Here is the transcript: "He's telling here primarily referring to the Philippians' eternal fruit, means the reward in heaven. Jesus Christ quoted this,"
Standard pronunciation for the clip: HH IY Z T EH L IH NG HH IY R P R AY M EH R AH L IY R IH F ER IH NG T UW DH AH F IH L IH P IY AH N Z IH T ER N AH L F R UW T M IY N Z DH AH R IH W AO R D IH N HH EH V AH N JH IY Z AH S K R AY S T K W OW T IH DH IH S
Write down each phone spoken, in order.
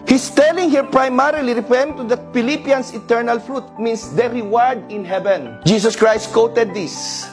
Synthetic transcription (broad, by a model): HH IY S T EH L IH NG HH IY R P R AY M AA R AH L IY R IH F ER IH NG T UW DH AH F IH L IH P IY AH N S IH T ER N AH L F R UW T M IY N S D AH R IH W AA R D IH N HH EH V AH N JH IY S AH S K R AY S T K W OW T IH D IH S